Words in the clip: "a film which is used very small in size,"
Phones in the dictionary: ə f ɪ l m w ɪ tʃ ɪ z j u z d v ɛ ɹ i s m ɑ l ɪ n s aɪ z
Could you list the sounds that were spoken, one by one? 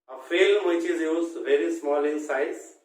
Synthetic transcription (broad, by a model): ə f ɪ l m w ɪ tʃ ɪ z j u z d v ɛ ɹ i s m ɑ l ɪ n s aɪ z